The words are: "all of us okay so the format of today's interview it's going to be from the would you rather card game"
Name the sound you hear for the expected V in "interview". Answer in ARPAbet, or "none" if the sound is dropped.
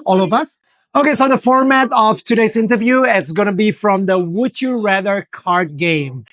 V